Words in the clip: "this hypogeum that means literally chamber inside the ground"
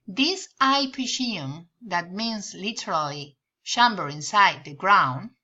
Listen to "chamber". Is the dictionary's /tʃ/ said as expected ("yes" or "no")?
no